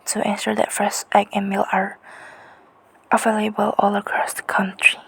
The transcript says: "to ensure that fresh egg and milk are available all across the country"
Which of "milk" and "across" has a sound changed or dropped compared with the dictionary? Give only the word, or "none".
milk